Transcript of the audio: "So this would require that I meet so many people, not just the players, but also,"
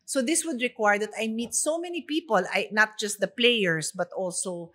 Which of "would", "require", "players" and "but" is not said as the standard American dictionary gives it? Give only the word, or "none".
players